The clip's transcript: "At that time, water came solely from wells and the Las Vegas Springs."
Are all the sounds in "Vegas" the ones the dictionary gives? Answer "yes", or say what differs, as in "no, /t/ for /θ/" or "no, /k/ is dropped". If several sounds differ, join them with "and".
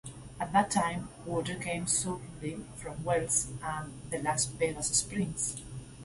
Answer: no, /b/ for /v/